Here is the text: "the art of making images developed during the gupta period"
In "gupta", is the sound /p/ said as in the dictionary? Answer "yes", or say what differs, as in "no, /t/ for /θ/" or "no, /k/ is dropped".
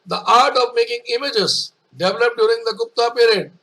yes